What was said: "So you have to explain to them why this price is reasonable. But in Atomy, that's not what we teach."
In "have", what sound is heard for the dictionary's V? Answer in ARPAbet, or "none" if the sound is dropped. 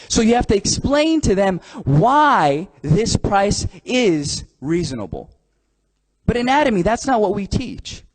F